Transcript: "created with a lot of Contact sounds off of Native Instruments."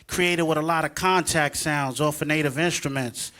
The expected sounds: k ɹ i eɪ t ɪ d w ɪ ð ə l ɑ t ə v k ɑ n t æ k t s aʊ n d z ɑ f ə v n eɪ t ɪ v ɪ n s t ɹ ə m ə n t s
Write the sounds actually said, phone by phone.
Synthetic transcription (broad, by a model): k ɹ i eɪ t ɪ d w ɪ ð ə l ɑ t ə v k ɑ n t æ k t s aʊ n d z ɑ f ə n eɪ t ɪ v ɪ n s t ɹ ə m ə n t s